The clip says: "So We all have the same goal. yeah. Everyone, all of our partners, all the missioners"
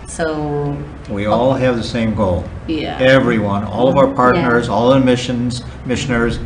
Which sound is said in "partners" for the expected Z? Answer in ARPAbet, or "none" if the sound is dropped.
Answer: Z